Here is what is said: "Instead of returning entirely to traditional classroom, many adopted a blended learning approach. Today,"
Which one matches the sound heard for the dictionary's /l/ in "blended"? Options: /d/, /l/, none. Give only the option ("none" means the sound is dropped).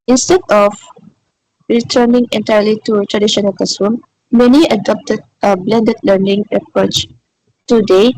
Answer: /l/